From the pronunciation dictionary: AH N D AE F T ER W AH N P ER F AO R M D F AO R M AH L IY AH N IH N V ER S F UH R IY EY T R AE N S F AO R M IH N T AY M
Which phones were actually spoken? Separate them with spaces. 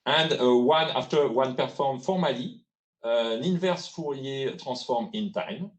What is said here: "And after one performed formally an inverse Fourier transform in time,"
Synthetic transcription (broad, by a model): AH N D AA F T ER W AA N P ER F AO R M F AO R M AH L IY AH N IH N V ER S F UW R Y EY T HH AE S F AO R M IH N T AY M